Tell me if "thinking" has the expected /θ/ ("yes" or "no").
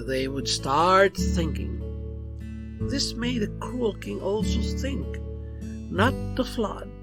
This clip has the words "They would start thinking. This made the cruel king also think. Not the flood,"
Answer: yes